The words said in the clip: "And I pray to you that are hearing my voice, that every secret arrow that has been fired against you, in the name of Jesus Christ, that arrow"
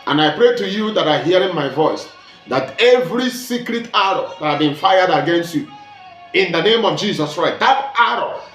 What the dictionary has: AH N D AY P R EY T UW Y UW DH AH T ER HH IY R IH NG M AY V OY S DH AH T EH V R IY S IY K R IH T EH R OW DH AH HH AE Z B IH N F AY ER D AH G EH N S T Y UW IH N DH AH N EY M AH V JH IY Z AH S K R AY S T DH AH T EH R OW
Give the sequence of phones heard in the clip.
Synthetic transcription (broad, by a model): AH N AY P R EY T UW Y UW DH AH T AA HH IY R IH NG M AY V OY S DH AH T EH V R IY S IY K R IH T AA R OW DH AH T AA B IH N F AY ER D AH G EH N S T Y UW IH N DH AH N EY M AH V JH IY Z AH S K R AY S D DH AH T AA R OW